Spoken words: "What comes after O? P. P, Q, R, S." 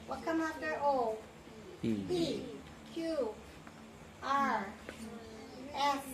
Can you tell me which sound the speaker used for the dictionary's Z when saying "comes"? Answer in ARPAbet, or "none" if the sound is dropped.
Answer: none